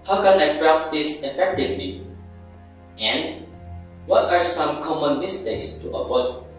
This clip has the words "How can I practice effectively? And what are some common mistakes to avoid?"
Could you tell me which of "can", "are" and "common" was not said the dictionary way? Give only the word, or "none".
none